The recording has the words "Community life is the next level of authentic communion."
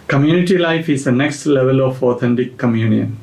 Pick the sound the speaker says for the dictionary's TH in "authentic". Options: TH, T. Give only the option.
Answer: T